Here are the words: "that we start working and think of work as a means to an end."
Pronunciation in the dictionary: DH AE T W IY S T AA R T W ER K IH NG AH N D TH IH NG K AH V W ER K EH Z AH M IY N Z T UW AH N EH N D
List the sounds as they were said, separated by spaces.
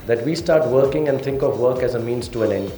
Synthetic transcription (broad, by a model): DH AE T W IY S T AA R T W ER K IH NG AH N D T IH NG K AH V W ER K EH Z AH M IY N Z T UW AH N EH N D